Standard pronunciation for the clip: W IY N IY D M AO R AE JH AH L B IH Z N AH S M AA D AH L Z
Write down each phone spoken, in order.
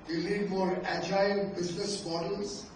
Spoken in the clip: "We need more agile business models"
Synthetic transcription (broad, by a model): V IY L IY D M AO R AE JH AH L B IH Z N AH S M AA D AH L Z